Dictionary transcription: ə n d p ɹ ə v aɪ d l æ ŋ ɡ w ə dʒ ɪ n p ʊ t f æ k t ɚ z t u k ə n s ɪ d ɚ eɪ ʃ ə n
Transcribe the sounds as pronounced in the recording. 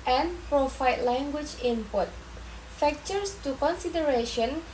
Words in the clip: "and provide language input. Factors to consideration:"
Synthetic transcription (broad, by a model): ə n p ɹ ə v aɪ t l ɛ ŋ ɡ w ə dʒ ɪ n p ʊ t f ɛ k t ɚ s t u k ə n s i d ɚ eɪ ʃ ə n